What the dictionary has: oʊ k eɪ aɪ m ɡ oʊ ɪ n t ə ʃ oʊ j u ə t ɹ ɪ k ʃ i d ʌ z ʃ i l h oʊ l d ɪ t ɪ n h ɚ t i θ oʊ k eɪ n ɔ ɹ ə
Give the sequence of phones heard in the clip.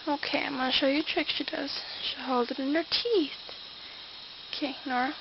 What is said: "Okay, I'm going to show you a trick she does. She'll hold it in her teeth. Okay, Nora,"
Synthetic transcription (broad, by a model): oʊ k eɪ aɪ m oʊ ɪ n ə ʃ oʊ j ə t ɹ ɪ k ʃ i d ʌ z ʃ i h oʊ l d ɪ t ɪ n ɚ t i θ oʊ k eɪ n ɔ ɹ